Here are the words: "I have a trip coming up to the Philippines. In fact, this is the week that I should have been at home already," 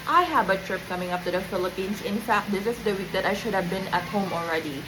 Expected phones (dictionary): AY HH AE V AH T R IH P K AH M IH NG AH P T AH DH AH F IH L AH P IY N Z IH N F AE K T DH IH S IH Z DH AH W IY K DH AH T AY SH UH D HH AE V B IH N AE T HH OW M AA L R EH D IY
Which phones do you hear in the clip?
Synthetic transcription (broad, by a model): AY HH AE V AH T R IH P K AH M IH NG AH P T AH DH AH F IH L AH P IY N S IH N F AE K T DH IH S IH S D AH W IY K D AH T AY SH UH D HH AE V B IH N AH T HH OW M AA L R EH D IY